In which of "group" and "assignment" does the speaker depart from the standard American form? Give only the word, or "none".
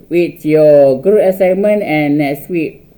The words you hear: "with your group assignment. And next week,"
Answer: group